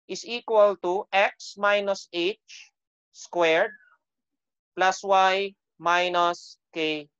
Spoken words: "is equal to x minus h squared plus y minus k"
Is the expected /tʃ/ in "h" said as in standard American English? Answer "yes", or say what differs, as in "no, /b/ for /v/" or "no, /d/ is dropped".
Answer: yes